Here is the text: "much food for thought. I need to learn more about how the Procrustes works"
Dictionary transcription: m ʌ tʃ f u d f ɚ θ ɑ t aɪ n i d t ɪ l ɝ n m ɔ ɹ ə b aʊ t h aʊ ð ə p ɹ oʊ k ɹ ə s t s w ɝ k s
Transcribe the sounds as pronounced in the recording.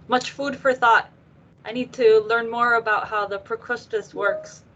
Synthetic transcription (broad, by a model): m ʌ tʃ f u d f ɚ θ ɑ t aɪ n i d t ɪ l ɝ n m ɔ ɹ ə b aʊ t h aʊ ð ə p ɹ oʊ k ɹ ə s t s w ɝ k s